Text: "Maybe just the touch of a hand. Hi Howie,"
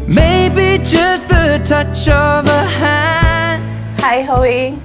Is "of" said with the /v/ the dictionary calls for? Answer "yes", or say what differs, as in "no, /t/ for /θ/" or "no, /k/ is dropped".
yes